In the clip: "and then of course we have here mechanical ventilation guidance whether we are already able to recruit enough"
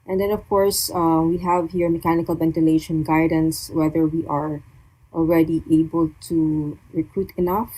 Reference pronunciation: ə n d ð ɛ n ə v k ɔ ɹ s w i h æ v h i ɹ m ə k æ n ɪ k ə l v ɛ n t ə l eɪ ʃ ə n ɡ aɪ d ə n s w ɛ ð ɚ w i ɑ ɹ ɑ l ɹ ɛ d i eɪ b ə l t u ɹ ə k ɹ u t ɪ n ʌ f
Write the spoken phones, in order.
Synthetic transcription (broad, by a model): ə n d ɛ n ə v k ɔ ɹ s w i h æ v h i ɹ m ə k æ n ɪ k ə l v ɛ n t ə l eɪ ʃ ə n ɡ aɪ d ə n s w ɛ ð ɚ w i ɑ ɹ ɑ l ɹ ɛ d i eɪ b ə l t u ɹ ə k ɹ u t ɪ n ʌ f